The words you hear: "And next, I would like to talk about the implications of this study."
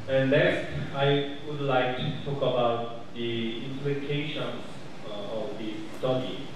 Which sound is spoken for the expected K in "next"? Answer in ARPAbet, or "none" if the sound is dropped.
none